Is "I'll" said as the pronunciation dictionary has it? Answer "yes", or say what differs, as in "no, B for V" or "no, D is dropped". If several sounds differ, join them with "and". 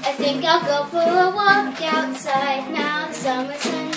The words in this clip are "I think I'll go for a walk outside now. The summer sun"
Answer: yes